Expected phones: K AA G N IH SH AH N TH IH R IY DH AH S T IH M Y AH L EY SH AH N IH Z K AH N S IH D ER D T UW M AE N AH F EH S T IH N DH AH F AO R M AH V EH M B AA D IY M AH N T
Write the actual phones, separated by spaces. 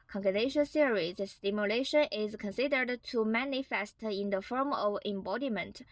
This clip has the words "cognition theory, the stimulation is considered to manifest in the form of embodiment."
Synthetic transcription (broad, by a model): K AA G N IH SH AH N S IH R IY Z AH S T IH M Y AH L EY SH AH N IH Z K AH N S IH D ER D T UW M AE N AH F EH S T IH N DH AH F AO R M AH V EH M B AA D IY M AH N T